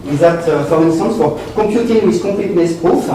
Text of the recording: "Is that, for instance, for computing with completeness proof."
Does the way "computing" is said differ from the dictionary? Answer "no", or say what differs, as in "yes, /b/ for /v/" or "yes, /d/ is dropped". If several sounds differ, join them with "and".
yes, /m/ is dropped